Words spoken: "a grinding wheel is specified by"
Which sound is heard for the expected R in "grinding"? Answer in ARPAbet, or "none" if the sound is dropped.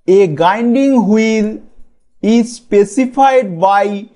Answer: none